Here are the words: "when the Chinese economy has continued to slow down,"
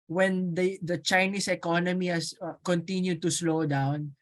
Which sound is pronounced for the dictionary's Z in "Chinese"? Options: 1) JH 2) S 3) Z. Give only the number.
2